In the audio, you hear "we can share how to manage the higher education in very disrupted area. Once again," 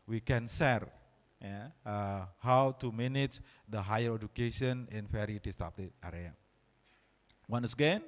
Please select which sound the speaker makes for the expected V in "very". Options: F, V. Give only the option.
F